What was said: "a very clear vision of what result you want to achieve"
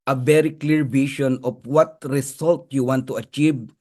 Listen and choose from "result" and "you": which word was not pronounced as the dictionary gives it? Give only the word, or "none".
result